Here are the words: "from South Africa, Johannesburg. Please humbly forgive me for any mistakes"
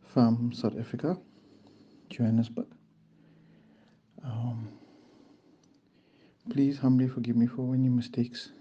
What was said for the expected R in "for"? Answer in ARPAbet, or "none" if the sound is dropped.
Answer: W